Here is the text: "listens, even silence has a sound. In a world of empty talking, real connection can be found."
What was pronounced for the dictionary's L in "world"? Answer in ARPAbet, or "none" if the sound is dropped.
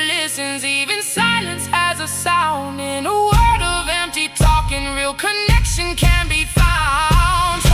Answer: none